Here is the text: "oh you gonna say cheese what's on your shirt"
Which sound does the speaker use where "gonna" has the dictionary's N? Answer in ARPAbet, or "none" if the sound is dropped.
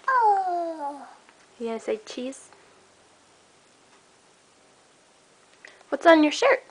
none